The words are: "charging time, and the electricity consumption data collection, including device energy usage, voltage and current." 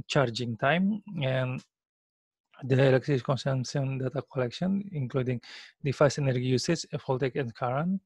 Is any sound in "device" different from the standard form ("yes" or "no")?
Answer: yes